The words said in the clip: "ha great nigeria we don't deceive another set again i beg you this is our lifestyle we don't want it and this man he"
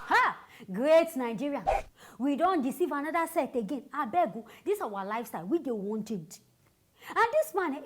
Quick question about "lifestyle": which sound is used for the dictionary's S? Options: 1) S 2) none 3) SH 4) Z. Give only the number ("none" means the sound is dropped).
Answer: 1